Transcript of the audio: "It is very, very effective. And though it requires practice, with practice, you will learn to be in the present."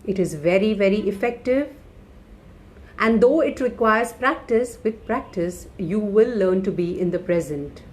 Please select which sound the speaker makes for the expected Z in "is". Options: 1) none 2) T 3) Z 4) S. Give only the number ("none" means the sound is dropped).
3